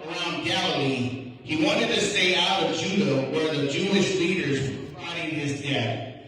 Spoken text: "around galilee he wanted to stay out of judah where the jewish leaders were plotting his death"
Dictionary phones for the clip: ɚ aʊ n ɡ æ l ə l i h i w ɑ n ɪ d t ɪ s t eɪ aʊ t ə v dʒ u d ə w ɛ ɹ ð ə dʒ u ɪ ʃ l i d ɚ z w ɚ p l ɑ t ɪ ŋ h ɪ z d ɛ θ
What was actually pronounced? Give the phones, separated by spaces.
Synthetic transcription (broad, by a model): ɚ aʊ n ɡ æ l ə l i h i w ɑ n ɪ d t ɪ s t eɪ aʊ t ə v dʒ u d ə w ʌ ɹ ð ə dʒ u ɪ ʃ l i d ɚ z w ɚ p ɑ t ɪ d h ɪ z d ɛ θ